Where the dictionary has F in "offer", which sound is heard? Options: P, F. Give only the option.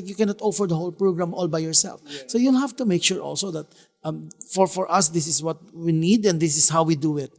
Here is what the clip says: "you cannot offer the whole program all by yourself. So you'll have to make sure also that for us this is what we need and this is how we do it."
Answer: F